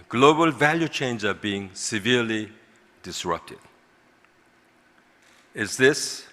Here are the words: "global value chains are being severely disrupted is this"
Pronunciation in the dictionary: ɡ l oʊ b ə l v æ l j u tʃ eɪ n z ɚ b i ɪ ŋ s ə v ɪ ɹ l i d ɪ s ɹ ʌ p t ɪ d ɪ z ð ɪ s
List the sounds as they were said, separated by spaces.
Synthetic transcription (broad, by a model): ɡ l oʊ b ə l v æ l j u tʃ eɪ n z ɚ b i ɪ ŋ s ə v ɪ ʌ l i d ɪ s ɹ ʌ p t ɪ d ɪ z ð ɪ s